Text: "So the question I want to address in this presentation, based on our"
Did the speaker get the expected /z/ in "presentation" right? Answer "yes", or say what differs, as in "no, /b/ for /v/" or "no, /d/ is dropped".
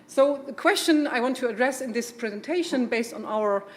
yes